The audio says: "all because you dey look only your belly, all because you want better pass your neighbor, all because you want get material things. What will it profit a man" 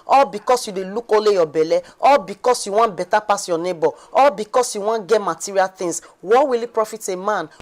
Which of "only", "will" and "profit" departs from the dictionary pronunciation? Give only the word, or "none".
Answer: only